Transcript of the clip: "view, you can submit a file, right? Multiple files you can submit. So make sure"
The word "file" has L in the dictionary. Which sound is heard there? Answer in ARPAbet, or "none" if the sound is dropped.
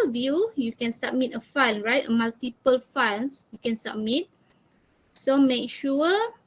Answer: N